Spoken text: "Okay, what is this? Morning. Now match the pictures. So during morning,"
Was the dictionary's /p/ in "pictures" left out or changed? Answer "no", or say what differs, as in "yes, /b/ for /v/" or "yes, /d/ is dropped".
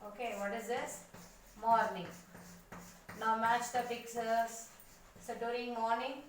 yes, /b/ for /p/